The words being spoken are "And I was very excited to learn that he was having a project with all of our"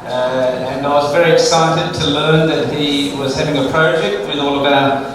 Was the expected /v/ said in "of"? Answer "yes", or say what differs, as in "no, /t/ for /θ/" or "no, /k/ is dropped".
no, /b/ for /v/